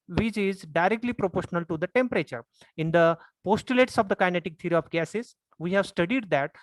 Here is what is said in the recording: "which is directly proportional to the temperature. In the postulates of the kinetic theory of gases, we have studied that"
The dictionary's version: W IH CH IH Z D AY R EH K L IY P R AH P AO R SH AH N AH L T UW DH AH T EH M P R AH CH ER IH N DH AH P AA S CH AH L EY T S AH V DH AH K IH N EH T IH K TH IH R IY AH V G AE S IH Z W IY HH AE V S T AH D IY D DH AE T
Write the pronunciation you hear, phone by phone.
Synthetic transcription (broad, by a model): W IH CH IH Z D AY R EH K L IY P R AH P AO R SH AH N AH L T UW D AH T EH M P R AH CH ER IH N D AH P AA S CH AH L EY T S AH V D AH K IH N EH T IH K T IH R IY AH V G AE S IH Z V IY HH AE V S T AH D IY D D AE T